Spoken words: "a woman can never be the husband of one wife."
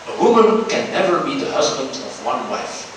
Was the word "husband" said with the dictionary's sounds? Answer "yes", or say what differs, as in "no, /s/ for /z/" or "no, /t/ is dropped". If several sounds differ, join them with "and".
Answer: yes